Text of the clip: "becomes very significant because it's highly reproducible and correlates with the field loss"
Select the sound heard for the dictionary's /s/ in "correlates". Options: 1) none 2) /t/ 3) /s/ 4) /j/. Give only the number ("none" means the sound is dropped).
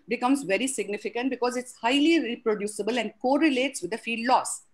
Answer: 3